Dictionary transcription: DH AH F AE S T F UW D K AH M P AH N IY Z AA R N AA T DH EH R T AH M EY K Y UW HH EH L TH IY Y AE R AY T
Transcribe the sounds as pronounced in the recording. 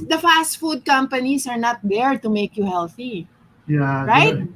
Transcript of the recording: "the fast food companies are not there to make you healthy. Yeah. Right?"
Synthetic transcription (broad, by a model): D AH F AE S T F UW D K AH M P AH N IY S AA R N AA T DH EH R T AH M EY K Y UW HH EH L TH IY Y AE R AY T